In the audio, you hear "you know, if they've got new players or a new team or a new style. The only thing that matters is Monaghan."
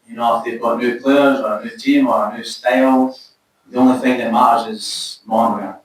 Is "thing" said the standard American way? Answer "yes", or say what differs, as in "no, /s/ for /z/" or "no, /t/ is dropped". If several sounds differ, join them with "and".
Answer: yes